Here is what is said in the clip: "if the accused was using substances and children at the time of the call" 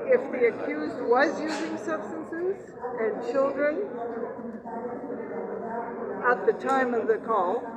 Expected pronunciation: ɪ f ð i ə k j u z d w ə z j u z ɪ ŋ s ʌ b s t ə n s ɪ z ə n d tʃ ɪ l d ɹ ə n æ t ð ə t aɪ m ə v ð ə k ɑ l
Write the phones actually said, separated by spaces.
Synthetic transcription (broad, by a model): ɪ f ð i ə k j u z d w ə z j u z ɪ ŋ s ʌ b s t ə n s ɪ z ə n tʃ ɪ l d ɹ ə n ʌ t ð ə t aɪ m ə v ð ə k ɑ l